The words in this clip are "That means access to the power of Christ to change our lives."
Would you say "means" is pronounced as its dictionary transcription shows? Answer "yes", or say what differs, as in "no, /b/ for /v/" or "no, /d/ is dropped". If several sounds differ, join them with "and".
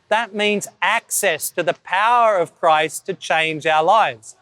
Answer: yes